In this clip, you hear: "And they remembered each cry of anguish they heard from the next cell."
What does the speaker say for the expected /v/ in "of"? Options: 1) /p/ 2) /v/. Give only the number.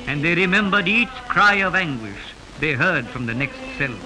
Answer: 2